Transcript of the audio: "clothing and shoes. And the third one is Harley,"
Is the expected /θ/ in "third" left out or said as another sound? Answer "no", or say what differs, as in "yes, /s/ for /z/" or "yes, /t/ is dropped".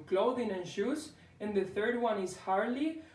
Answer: no